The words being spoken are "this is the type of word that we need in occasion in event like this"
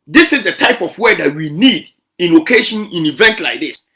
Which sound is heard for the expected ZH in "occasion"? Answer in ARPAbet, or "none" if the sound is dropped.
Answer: SH